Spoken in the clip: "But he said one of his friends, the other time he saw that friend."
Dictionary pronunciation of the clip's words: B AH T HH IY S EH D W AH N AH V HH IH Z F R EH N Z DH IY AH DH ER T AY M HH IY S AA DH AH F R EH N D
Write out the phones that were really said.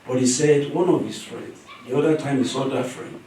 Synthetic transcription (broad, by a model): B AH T HH IY S EH D W AH N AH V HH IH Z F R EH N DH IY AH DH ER T AY M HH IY S AA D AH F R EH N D